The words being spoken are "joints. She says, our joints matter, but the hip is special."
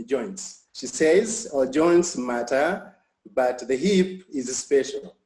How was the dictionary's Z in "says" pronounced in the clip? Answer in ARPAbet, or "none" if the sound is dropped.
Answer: Z